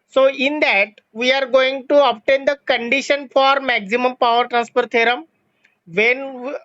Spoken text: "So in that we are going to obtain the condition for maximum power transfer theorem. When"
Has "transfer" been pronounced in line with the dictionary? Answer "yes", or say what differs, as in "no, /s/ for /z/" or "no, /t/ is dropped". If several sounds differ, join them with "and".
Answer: no, /p/ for /f/